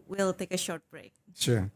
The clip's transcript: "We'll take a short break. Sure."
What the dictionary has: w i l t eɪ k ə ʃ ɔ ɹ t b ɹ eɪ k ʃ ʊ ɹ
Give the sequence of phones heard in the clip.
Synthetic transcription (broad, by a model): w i l t eɪ k ə ʃ ɔ ɹ t b ɹ eɪ k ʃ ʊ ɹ